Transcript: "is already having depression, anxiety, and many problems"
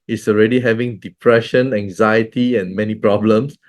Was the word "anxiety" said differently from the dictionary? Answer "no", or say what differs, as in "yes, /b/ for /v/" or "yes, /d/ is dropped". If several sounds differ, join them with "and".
no